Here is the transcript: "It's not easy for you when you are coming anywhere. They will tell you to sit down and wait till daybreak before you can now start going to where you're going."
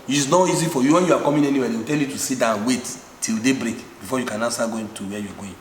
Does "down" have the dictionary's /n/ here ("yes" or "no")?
no